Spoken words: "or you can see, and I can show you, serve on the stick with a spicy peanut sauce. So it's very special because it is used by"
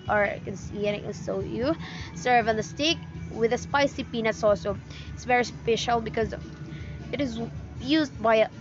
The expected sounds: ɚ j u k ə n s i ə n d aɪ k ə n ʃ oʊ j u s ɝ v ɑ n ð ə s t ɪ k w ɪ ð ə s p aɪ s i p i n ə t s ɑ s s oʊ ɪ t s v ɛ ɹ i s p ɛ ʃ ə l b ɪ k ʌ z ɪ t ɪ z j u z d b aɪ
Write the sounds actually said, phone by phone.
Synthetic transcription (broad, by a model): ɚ k ə n s i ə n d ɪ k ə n s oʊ j u s ɝ v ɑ n ð ə s t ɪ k w ɪ ð ə s p aɪ s i p i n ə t s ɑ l s oʊ ɪ t s v ɛ ɹ i s p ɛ ʃ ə l b ɪ k ʌ z ɪ t ɪ z j u z d b aɪ